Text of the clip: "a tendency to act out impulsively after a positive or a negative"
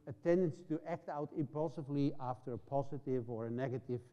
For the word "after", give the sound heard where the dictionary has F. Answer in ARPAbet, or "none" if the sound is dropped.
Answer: F